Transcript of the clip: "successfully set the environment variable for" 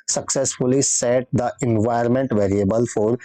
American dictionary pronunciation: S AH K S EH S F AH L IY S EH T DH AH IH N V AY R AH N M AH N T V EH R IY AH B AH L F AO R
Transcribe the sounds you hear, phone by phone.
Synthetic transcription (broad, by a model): S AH K S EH S F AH L IY S EH T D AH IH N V AY AH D M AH N T V EH R IY AH B AH L F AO R